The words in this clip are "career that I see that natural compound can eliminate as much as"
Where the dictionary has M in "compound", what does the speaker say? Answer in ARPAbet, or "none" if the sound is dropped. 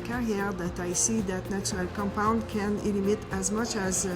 M